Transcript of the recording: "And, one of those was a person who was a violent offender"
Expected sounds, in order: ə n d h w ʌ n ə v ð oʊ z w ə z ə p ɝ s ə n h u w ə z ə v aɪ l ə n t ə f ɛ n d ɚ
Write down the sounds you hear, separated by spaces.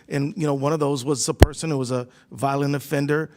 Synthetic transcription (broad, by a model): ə n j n w ʌ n ə v ð oʊ z w ə z ə p ɝ s ə n h u w ə z ə v aɪ l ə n ə f ɛ n d ɚ